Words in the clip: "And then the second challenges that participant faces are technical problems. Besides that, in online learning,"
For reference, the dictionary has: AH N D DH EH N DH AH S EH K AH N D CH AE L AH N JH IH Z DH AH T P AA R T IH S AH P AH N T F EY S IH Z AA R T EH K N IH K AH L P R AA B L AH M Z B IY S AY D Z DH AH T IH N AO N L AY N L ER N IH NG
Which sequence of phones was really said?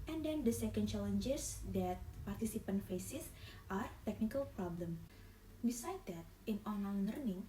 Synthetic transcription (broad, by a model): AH N D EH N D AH S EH K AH N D CH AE L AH N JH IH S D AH T P AA R T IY S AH P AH N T F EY S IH S AA R T EH K N IH K AH L P R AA B L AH M B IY S AY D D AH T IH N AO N AY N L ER N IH NG